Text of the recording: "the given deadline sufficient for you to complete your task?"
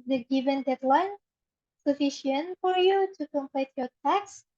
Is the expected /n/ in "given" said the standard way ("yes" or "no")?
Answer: yes